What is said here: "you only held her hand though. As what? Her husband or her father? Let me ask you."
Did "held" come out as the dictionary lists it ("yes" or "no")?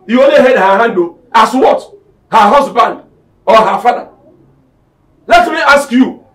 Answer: no